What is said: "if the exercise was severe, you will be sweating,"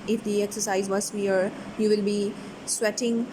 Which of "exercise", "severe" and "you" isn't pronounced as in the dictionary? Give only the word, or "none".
severe